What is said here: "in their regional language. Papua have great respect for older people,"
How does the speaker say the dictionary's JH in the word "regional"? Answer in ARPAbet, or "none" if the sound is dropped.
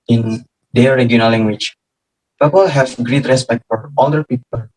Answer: none